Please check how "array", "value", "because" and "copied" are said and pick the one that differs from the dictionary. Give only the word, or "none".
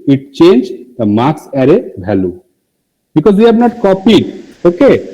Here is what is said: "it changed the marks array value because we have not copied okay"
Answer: value